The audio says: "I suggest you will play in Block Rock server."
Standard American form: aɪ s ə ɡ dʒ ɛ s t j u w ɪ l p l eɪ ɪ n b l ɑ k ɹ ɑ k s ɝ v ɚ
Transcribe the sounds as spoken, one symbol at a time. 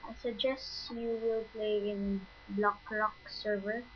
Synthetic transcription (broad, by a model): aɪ s ə ɡ dʒ ɛ s t j u w ɪ l p l eɪ ɪ n b l ɑ k ɹ ɑ k s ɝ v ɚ